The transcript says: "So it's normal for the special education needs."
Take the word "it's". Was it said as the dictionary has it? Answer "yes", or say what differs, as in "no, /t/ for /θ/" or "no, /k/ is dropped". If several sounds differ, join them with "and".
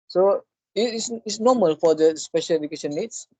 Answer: no, /s/ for /t/